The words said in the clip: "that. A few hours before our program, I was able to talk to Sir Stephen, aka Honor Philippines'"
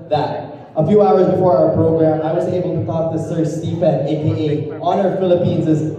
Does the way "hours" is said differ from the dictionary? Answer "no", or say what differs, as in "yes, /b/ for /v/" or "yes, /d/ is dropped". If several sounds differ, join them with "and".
no